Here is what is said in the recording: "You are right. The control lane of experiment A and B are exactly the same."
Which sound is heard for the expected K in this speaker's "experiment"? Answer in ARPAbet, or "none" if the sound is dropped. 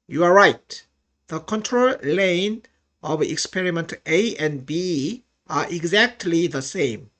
K